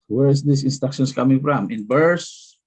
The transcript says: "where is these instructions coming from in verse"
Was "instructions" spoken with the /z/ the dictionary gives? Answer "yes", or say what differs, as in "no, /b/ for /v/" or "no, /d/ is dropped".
no, /s/ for /z/